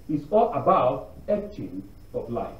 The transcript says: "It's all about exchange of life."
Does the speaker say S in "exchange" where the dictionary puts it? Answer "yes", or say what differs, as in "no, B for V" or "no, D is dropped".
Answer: no, S is dropped